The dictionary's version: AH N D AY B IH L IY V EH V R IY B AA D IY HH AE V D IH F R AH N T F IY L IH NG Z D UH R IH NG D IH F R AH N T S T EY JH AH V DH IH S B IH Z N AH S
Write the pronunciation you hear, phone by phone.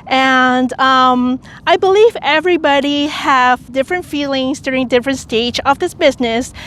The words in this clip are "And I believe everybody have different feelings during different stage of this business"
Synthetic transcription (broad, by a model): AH N D AY B IH L IY V EH V R IY B AA D IY HH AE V D IH F R AH N T F IY L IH NG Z D UH R IH NG D IH F R AH N T S T EY JH AH V DH IH S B IH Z N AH S